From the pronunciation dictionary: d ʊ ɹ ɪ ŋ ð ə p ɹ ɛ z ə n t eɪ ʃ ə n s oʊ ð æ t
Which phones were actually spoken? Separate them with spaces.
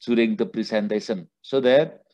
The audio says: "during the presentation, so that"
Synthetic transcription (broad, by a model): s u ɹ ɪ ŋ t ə p ɹ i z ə n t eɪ s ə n s oʊ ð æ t